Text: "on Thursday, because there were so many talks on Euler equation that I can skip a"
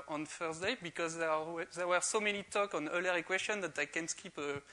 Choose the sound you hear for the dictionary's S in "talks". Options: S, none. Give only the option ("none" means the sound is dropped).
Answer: none